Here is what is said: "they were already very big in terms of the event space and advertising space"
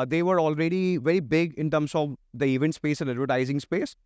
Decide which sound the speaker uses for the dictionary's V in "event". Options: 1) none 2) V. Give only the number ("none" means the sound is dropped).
2